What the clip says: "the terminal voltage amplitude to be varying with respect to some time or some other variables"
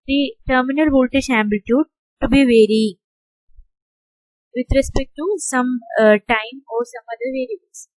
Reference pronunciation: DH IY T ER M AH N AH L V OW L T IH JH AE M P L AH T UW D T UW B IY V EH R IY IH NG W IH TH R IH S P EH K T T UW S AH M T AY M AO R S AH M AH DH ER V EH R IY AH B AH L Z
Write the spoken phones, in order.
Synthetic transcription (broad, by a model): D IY T ER M AH N AH L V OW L T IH SH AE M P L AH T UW D T UW B IY V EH R IY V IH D R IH S P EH K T T UW S AH M T AY M AO R S AH M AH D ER V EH R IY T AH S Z